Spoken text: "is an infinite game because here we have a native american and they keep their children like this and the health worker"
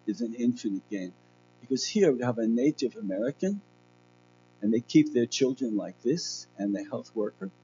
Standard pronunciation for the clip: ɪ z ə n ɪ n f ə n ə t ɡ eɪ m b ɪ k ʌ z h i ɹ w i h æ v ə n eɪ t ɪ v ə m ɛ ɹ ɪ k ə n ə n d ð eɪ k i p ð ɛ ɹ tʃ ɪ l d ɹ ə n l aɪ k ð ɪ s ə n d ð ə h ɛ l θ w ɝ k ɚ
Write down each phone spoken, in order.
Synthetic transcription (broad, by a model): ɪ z ə n ɪ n f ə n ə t ɡ eɪ m b ɪ k ʌ z h i ɹ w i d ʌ v ə n eɪ t ɪ v ə m ɛ ɹ ɪ k ə n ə n ð eɪ k i p ð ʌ ɹ tʃ ɪ l d ɹ ə n l aɪ k ð ɪ s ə n ð ə h ɛ l θ w ɝ k ɚ